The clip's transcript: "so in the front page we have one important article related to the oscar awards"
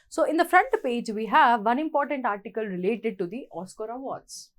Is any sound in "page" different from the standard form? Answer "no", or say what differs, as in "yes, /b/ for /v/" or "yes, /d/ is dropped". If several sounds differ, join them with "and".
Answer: no